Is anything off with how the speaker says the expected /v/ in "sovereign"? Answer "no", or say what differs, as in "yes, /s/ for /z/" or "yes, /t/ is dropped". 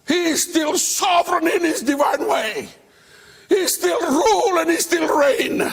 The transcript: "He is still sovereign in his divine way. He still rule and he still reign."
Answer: no